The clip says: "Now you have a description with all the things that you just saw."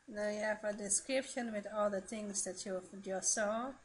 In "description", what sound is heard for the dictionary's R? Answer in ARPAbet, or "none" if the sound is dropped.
R